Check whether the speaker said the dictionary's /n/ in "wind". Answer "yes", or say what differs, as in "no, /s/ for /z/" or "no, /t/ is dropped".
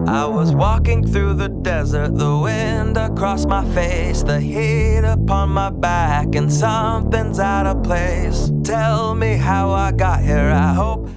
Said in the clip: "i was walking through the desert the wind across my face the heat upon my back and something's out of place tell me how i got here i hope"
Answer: yes